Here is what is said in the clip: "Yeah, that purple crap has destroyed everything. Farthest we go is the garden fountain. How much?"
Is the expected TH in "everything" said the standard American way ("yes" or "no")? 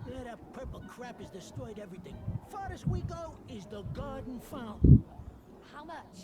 yes